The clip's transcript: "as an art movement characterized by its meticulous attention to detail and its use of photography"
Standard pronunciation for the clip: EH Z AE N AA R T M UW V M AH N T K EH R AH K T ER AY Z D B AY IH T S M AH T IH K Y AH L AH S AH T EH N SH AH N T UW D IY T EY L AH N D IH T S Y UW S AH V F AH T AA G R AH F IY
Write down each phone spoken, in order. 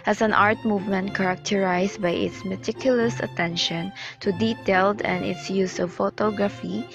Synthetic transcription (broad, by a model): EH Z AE N AA R T M UW V M AH N T K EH R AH K T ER AY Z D B AY IH T S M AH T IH K Y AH L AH S AH T EH N SH AH N T UW D IY T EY L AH N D IH T S Y UW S AH V F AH T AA G R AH F IY